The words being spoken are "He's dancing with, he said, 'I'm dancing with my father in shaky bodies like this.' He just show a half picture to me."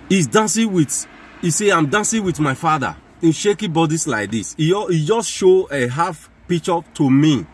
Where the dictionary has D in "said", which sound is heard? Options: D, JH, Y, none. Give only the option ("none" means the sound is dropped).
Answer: none